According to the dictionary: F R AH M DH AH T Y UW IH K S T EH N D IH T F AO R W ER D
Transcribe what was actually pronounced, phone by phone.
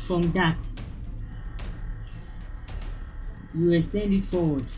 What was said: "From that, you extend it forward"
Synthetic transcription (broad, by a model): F R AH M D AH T Y UW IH S T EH N D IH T F AO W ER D